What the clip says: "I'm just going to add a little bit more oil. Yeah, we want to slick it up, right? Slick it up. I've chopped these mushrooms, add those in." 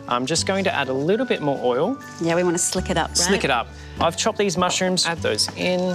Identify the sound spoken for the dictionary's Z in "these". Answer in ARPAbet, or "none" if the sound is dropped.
Z